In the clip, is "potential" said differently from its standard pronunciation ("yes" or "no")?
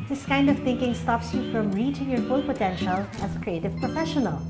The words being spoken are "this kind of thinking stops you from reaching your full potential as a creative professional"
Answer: no